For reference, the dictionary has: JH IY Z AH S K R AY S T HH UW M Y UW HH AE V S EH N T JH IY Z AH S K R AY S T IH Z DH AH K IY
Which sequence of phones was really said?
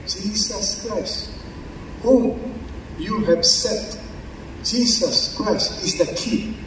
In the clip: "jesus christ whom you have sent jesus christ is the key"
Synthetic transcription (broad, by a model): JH IY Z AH S K R AY S T HH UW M Y UW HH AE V S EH T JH IY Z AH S K R AY S T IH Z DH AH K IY